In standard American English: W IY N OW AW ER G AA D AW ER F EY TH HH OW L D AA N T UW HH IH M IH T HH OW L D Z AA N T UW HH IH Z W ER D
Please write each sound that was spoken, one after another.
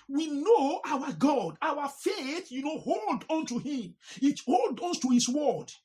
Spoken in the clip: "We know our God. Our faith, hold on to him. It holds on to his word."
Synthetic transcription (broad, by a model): W IY N OW AW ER G AA D AW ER F EY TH HH OW L D AA N T UW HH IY M IH T HH OW L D AA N T UW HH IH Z W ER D